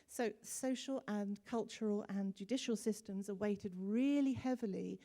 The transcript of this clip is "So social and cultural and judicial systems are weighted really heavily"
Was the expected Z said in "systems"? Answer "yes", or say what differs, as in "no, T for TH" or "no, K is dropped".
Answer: yes